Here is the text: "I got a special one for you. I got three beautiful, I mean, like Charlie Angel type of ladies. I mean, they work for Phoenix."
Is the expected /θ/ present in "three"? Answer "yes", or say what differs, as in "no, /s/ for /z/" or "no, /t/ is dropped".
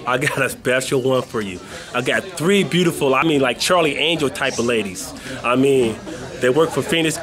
yes